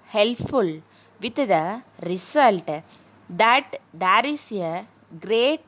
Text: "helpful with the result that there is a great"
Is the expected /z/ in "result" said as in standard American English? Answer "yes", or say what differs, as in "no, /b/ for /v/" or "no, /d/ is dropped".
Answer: no, /s/ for /z/